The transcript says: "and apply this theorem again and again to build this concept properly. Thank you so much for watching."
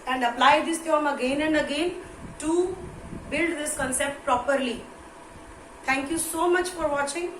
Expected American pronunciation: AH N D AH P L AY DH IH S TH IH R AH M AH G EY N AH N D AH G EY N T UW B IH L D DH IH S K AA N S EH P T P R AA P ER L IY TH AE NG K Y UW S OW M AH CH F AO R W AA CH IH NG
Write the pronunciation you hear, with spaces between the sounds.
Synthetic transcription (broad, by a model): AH N D AH P L AY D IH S T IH AH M AH G EY N AH N D AH G EY N T UW B IH L D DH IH S K AA N S EH P T P R AA P ER L IY T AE NG K Y UW S OW M AH CH F AO R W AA CH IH NG